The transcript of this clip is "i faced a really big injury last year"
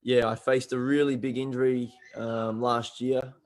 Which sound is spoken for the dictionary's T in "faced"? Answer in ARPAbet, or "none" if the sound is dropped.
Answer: T